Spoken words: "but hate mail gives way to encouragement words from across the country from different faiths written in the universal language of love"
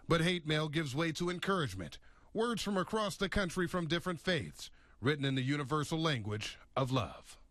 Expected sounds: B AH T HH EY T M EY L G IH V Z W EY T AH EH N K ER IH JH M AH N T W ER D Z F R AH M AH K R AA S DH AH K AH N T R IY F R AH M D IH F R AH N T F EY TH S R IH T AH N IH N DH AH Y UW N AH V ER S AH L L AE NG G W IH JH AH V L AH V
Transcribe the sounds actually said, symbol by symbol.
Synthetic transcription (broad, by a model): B AH T HH EY T M EY L G IH V Z W EY T AH EH N K ER IH JH M AH N T W ER D Z F R AH M AH K R AA S DH AH K AH N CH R IY F R AH M D IH F R AH N T F EY TH S R IH T N IH N DH AH Y UW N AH V ER S L L AE NG G W IH JH AH V L AH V